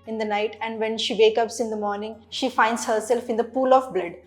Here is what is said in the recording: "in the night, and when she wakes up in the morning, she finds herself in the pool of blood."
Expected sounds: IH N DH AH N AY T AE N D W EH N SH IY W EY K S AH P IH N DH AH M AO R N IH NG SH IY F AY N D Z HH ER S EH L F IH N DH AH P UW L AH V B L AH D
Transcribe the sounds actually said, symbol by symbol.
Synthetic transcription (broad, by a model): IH N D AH N AY T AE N D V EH N SH IY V EY K AH P IH N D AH M AO R N IH NG SH IY F AY N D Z HH ER S EH L F IH N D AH P UW L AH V B L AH D